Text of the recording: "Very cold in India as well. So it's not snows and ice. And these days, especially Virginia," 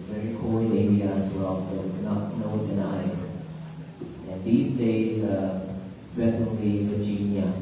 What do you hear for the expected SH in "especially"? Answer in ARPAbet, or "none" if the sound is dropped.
S